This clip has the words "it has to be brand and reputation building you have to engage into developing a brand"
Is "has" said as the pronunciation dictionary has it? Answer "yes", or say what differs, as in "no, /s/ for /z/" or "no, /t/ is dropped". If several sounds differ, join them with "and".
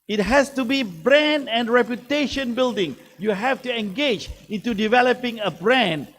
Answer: no, /s/ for /z/